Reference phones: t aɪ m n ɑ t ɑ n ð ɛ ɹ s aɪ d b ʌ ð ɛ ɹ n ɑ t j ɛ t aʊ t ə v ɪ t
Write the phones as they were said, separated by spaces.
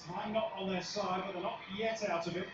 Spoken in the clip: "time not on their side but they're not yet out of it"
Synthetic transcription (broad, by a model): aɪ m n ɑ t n ð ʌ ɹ s aɪ d b ʌ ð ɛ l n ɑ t j ɛ t aʊ t ə v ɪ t